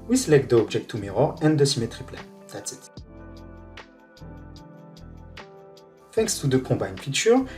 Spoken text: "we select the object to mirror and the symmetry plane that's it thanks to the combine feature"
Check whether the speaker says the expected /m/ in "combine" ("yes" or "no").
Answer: no